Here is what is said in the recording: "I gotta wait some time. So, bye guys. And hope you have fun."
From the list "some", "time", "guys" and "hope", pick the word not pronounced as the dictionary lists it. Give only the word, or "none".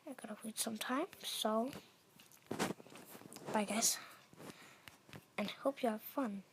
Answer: guys